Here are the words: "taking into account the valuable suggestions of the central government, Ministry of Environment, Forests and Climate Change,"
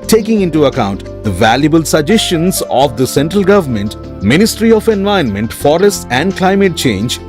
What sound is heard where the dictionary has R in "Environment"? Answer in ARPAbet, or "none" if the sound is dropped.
none